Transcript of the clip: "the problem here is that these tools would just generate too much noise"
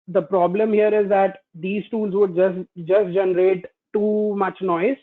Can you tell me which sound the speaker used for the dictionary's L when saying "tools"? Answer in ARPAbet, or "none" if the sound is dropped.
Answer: L